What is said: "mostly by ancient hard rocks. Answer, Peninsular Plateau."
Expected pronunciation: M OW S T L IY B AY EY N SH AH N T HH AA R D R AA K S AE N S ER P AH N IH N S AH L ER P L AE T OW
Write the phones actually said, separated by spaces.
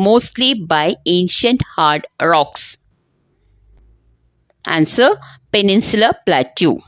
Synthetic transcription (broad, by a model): M OW S T L IY B AY EY N SH AH N T HH AA R D R AA K S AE N S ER P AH N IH N S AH L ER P L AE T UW